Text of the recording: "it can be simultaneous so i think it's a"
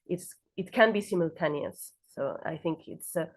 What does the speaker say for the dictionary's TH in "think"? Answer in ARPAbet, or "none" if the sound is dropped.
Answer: TH